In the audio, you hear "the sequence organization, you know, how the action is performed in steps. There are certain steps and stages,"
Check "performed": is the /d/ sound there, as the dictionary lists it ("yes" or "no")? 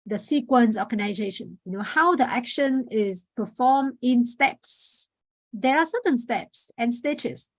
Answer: no